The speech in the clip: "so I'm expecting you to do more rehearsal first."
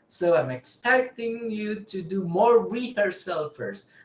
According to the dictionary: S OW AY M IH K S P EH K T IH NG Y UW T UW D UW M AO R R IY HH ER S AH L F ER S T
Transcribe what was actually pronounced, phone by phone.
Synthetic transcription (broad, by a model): S OW AY M IH K S P EH K T IH NG Y UW T UW D UW M AO R W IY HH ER S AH L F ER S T